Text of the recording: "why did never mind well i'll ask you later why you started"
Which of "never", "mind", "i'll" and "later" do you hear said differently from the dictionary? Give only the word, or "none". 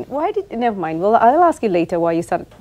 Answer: none